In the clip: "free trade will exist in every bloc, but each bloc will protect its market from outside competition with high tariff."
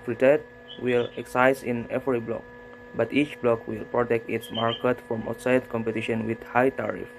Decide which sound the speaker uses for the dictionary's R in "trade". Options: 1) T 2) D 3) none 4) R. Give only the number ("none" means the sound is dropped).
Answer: 3